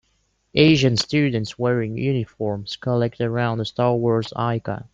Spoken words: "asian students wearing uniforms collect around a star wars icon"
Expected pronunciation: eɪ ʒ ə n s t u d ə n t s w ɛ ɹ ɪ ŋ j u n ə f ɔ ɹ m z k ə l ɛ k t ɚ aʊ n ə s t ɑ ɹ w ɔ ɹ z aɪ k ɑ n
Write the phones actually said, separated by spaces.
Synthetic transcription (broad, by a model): eɪ ʒ ə n s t u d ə n t s w ɛ ɹ ɪ ŋ j u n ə f ɔ ɹ m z k ə l ɛ k t ɚ aʊ n ə s t ɑ ɹ w ɔ ɹ z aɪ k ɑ